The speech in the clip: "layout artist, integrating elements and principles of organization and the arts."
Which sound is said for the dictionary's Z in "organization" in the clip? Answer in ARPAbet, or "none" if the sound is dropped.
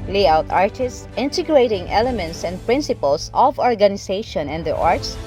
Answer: S